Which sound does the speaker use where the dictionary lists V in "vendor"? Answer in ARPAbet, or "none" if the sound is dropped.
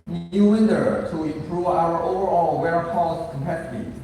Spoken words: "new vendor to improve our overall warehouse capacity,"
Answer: W